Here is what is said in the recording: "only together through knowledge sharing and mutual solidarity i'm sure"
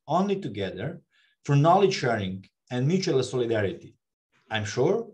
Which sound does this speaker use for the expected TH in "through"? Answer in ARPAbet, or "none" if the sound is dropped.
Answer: F